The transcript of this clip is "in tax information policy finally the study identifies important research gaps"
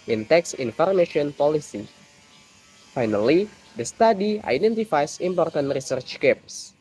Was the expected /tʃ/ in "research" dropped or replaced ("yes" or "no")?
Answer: no